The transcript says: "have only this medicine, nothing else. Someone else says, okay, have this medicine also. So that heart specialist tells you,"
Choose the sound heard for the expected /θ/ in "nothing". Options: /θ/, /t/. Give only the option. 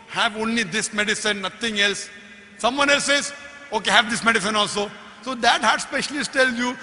/t/